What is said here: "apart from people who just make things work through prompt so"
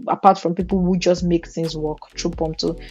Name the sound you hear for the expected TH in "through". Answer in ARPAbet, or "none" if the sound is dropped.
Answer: T